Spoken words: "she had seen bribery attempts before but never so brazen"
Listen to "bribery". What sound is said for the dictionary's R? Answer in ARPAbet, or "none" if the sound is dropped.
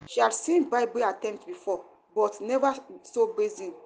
none